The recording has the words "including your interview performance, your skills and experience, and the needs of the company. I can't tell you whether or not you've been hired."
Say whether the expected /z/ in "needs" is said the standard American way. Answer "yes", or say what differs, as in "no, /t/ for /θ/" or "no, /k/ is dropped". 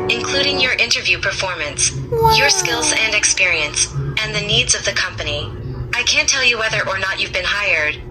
yes